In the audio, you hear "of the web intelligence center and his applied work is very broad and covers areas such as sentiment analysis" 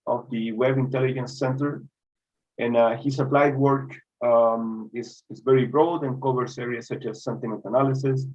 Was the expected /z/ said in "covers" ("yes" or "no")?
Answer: no